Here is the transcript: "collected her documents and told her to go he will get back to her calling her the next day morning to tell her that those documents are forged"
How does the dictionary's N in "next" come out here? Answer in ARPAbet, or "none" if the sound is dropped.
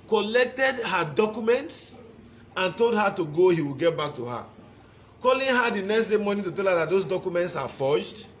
N